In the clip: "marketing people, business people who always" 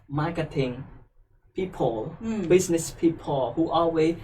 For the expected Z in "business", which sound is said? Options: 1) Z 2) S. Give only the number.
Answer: 2